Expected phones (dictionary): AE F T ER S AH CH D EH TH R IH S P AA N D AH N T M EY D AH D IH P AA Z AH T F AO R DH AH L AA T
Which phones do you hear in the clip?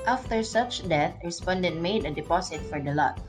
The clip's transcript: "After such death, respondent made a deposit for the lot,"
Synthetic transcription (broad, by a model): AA F T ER S AH CH D EH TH R IH S P AA N D AH N T M EY D AH D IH P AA S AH T F AO R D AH L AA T